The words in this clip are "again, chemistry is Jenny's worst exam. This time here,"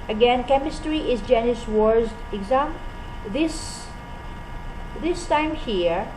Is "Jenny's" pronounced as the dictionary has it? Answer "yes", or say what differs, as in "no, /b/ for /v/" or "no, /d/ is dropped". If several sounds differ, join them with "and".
no, /s/ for /z/